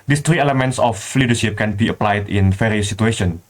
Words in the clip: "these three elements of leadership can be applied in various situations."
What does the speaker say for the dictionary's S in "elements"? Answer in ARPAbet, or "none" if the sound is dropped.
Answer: S